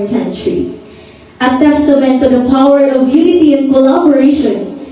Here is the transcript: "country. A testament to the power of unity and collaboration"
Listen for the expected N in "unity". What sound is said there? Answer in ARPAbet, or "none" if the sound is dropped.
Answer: N